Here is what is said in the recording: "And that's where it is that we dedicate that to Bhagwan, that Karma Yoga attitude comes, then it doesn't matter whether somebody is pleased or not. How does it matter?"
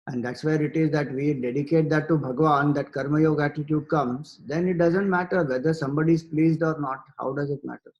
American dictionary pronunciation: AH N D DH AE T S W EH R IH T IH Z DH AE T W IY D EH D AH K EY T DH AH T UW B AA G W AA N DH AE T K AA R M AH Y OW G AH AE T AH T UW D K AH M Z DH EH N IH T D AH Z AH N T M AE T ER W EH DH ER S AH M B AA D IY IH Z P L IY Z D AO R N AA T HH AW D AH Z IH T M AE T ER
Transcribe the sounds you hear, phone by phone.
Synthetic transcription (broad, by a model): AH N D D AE T S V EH R IH T IH Z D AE T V IY D EH D AH K EY T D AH T UW B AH G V AA N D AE T K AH R M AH Y OW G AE T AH T UW D K AH M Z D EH N IH T D AH Z AH N T M AE T ER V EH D ER S AH M B AA D IY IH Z P L IY Z D AO R N AA T HH AW D AH Z IH T M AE T ER